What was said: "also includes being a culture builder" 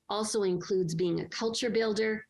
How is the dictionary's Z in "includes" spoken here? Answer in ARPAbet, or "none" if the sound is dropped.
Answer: Z